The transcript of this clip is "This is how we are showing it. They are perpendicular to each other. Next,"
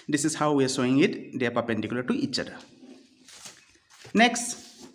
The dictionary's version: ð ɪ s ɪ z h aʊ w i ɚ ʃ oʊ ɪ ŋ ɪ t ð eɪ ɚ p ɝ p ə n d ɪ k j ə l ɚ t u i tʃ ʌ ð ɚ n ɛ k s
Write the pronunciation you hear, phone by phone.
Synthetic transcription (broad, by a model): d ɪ s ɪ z h aʊ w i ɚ s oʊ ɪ ŋ ɪ t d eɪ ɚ p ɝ p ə n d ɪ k j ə l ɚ t u i tʃ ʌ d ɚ n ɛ k s